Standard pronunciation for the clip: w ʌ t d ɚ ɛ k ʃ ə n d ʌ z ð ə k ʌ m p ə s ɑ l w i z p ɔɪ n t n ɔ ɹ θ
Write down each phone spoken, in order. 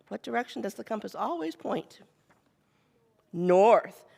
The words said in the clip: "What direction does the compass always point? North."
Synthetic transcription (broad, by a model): w ʌ t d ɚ ɛ k ʃ n d ʌ z ð ə k ʌ m p ə s ɑ l w i z p ɔɪ n t n ɔ ɹ θ